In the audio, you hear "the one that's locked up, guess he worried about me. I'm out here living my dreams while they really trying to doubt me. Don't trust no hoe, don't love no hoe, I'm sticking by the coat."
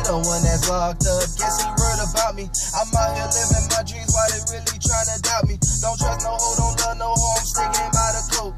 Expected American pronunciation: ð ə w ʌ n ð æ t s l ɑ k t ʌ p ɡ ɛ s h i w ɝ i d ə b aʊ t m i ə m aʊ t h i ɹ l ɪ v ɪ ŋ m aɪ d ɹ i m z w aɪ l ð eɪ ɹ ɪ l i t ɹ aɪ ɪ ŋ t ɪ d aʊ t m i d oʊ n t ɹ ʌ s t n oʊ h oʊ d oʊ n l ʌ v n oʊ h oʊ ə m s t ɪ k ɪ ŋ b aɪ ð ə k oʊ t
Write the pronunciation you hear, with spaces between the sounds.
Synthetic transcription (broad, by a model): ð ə w ʌ n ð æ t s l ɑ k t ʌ ɡ ɛ s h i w ɝ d ə b aʊ t m i ə m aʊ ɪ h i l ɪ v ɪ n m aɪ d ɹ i z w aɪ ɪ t ɹ ɪ l i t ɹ aɪ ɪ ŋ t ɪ d aʊ t m i d oʊ n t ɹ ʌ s n oʊ h oʊ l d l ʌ n oʊ h oʊ ə m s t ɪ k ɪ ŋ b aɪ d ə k oʊ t